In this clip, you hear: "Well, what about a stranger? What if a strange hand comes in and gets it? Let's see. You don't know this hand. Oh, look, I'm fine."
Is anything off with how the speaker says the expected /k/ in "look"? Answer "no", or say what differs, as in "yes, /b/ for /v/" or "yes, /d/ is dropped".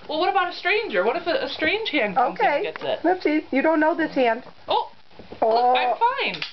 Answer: yes, /k/ is dropped